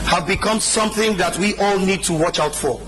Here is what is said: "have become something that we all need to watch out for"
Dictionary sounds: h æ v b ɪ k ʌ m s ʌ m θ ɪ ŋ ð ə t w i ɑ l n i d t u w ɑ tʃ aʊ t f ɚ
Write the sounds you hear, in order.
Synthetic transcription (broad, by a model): h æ v b ɪ k ʌ m s ʌ m θ ɪ ŋ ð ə t w i ɑ l n i d t u w ɑ tʃ aʊ t f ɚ